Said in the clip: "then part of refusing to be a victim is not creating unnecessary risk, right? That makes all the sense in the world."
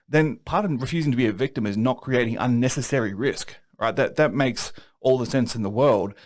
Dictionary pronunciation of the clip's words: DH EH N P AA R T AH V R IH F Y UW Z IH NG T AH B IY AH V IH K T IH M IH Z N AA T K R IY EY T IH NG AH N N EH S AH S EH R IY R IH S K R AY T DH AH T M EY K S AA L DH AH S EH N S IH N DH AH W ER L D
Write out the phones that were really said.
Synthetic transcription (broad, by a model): DH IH N P AA R T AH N R IH F Y UW Z IH NG T AH B IY AH V IH K T IH M IH Z N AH T K R IY EY T IH NG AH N N EH S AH S EH R IY R IH S K R AY T DH AH T M EY K S AA L DH AH S EH N S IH N DH AH W ER L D